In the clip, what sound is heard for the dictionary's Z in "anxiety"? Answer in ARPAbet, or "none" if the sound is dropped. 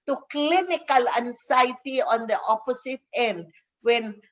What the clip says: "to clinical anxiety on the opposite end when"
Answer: S